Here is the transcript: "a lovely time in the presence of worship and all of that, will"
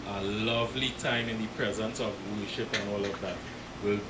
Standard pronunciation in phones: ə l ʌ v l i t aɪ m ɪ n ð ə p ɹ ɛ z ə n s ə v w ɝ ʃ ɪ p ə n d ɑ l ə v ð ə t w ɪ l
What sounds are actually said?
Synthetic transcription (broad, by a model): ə l ʌ v l i t aɪ m ɪ n ð ə p ɹ ɛ z ə n s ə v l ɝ ʃ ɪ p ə n ɑ l ə v ð ə t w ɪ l